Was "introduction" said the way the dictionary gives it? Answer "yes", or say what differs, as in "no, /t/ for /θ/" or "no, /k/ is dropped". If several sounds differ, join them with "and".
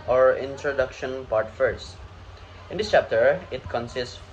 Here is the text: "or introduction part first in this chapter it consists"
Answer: yes